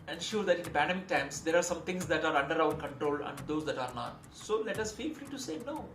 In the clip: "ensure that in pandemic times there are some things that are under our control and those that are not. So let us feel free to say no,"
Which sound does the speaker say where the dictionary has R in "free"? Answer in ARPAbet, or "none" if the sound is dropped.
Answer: L